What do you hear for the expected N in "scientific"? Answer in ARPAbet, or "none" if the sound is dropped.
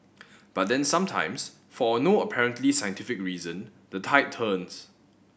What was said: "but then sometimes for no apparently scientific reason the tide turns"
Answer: N